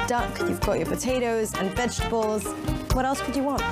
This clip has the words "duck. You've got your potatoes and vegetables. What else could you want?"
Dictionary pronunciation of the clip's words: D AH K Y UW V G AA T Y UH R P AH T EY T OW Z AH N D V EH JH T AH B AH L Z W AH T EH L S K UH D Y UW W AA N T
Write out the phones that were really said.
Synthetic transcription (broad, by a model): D AH K Y UW V G AA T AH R P AH T EY T OW Z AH N V EH JH T AH B AH L Z W AH T EH L S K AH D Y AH W AA N T